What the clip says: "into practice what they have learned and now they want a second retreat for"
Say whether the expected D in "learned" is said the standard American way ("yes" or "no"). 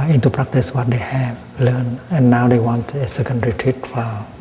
no